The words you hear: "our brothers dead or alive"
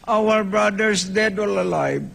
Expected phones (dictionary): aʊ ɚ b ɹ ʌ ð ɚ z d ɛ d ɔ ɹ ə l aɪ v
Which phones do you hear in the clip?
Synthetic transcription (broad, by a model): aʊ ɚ b ɹ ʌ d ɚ s d ɛ d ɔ l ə l aɪ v